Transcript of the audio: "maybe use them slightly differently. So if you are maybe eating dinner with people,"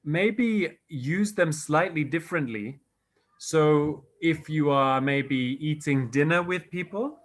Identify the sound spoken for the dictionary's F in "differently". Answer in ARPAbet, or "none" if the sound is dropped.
F